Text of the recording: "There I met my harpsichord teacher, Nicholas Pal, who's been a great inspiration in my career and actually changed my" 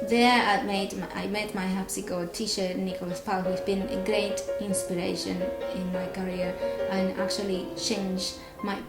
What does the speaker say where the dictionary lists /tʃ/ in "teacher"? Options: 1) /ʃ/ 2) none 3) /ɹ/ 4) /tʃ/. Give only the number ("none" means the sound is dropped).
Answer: 1